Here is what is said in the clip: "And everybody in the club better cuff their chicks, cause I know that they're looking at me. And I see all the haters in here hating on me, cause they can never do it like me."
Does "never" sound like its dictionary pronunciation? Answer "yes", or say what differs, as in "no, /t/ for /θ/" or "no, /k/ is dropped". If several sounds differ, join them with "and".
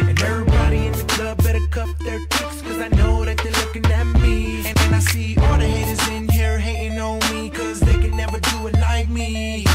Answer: yes